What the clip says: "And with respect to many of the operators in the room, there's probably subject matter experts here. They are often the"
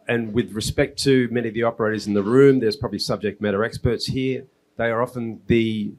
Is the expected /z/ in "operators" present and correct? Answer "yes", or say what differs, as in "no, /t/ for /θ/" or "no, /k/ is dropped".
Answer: yes